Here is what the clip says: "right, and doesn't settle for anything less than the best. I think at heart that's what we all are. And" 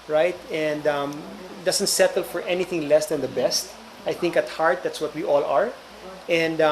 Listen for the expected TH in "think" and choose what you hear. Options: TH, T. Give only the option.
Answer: TH